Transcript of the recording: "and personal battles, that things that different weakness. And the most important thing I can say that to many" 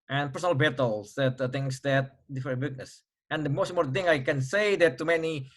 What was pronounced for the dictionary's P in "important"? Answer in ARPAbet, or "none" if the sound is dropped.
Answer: none